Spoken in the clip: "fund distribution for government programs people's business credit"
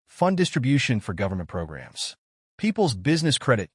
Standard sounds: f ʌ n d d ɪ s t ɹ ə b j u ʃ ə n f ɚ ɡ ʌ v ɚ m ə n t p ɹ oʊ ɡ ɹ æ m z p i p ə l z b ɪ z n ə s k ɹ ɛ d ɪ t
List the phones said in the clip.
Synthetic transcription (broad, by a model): f ʌ n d d ɪ s t ɹ ə b j u ʃ ə n f ɚ ɡ ʌ v ɚ m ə n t p ɹ oʊ ɡ ɹ æ m z p i p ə l z b ɪ z n ə s k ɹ ɛ d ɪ t